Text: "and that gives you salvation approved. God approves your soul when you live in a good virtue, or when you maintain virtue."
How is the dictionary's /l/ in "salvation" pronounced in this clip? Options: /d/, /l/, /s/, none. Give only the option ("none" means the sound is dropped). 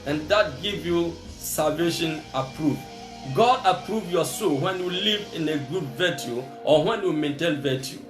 /l/